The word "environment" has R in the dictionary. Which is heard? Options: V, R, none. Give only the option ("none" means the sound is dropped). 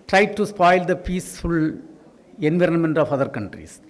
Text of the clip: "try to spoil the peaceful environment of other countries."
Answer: R